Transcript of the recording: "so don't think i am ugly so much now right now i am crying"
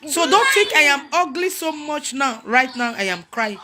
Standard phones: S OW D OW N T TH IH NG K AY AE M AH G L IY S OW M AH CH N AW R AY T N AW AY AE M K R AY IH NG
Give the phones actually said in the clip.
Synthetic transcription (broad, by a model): S OW D OW N T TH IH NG K AY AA M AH G L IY S OW M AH CH N AW R AY T N AW AY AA M K R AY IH